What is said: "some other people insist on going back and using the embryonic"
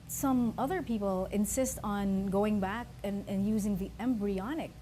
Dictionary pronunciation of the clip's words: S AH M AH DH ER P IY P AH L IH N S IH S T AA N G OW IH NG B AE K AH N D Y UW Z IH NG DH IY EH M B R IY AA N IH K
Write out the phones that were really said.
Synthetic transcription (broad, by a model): S AH M AH DH ER P IY P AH L IH N S IH S T N G OW IH NG B AE K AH N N Y UW Z IH NG DH IY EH M B R IY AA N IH K